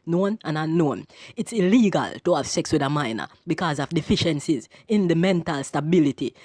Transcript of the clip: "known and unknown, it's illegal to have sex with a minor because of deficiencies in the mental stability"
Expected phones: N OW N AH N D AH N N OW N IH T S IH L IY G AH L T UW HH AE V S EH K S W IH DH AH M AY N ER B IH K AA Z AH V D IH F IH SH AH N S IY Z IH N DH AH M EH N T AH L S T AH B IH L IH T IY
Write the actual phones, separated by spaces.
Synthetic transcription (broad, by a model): N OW N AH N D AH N N OW N IH T S IH L IY G AH L T UW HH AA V S EH K S W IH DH AH M AY N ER B IH K AA Z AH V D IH F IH SH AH N S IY Z IH N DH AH M EH N T AH L S T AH B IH L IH T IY